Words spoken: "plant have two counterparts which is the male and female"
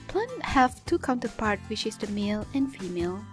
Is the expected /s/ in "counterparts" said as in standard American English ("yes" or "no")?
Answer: no